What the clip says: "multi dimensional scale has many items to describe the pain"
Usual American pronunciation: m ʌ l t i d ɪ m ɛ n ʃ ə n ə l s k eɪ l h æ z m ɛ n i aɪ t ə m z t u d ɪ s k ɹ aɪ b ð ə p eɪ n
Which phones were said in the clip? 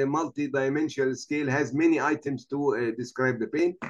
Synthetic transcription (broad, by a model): m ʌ l t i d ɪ m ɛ n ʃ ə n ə l s k eɪ l h æ z m ɛ n i aɪ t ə m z t u d ɪ s k ɹ aɪ b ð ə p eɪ n